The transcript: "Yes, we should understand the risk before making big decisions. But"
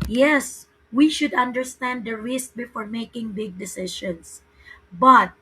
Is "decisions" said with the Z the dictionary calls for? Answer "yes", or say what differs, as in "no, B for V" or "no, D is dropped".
no, S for Z